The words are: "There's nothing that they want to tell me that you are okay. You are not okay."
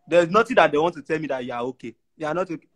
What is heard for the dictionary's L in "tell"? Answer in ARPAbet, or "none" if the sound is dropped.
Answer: L